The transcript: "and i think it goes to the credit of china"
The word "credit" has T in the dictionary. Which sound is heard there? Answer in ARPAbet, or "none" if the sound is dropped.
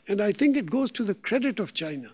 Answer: T